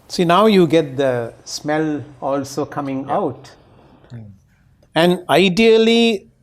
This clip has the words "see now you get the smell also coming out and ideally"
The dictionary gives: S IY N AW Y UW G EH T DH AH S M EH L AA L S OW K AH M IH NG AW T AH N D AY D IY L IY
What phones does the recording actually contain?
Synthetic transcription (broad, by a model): S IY N AW Y UW G EH T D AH S M EH L AA L S OW K AH M IH NG AW T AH N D AY D IY L IY